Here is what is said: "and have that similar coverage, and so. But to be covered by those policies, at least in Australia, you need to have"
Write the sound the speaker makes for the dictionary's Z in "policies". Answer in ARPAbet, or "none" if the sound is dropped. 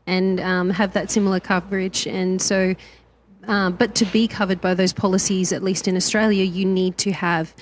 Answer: Z